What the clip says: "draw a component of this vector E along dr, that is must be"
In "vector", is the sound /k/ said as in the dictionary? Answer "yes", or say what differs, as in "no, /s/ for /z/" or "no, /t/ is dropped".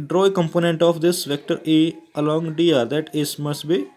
yes